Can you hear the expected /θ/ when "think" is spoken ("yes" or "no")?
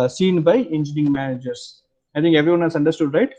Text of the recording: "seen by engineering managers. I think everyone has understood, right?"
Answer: no